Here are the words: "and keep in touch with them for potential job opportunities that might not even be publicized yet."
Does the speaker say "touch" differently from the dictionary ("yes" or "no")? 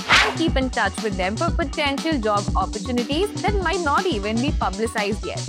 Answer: no